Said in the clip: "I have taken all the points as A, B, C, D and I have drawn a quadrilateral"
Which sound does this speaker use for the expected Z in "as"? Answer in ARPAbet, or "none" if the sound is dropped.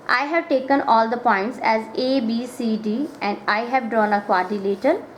Z